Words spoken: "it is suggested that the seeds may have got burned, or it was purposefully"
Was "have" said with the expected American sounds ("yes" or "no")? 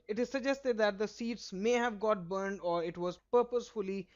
yes